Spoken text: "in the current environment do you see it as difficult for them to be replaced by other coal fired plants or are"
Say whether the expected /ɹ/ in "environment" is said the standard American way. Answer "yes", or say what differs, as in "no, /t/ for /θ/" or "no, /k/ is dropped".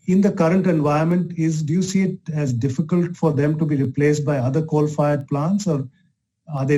no, /ɹ/ is dropped